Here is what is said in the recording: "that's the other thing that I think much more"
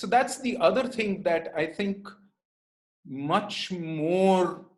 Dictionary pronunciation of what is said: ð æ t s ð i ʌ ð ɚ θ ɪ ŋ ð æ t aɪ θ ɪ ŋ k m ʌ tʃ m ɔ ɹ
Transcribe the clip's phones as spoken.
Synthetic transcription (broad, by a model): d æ t s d i ʌ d ɚ t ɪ ŋ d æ t aɪ t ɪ ŋ k m ʌ tʃ m ɔ ɹ